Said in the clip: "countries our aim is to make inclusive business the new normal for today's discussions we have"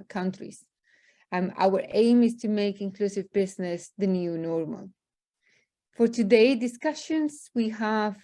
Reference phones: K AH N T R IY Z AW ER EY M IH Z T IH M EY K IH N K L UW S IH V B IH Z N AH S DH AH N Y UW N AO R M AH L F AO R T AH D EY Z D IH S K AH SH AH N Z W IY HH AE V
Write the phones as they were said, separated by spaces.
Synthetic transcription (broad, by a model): K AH N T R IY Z AW ER EY M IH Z T IH M EY K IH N K L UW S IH V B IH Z N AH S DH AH N Y UW N AO R M AH L F AO R T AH D EY D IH S K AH SH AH N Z W IY HH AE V